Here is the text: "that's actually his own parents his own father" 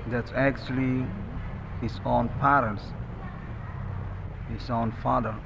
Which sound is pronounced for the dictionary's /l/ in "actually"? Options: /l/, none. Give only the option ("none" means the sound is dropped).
/l/